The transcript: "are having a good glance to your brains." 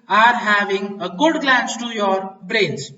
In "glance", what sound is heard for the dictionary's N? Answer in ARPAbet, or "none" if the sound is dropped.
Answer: N